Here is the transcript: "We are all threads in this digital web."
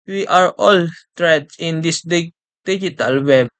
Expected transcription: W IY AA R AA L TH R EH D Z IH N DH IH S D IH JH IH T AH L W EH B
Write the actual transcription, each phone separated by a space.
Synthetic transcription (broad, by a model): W IY AA R AA L T R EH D IH N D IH S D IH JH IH T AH L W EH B